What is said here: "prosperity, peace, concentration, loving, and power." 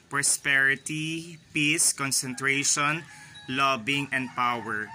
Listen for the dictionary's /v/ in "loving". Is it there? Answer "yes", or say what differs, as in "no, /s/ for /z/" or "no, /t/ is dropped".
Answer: no, /b/ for /v/